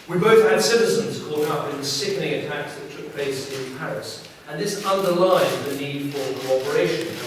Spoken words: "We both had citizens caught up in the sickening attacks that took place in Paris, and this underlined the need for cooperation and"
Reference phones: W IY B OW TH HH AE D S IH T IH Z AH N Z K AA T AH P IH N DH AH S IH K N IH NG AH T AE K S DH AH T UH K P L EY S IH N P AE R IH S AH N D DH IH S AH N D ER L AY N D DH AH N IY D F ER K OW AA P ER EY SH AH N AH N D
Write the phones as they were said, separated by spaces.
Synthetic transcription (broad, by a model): W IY B OW TH HH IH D S IH T IH Z AH N Z K AA T AH P IH N DH AH S IH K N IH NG AH T AE K S DH AH T UH K P L EY S IH N P AE R IH S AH N DH IH S AH N D ER L AY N DH AH N IY D F ER K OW AA P ER EY AH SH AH N